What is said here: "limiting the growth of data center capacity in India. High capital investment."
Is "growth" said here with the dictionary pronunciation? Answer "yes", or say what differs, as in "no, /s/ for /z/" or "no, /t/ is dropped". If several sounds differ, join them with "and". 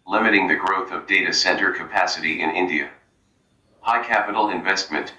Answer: yes